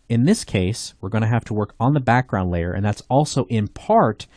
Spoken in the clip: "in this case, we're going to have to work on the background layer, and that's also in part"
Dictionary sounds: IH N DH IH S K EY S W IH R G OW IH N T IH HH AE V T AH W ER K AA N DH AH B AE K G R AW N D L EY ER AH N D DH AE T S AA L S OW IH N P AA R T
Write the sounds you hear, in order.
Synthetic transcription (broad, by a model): IH N DH IH S K EY S W IH R G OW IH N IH HH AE F T AH W ER K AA N DH AH B AE K G R AW N D L EY ER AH N DH AE T S AA L S OW IH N P AA R T